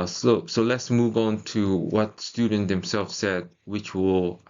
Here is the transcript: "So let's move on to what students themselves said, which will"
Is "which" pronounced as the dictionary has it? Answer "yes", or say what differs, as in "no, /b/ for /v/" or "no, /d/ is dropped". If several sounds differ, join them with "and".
yes